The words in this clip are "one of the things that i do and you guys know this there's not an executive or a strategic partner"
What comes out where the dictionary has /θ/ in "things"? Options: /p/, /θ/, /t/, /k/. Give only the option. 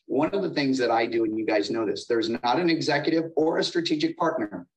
/θ/